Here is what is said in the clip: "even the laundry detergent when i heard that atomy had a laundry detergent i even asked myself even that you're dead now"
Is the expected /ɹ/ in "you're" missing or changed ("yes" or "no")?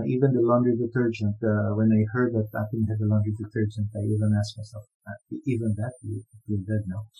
yes